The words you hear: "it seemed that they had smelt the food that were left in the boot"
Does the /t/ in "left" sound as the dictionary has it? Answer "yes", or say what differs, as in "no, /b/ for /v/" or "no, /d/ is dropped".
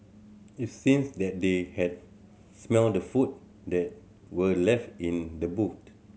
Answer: yes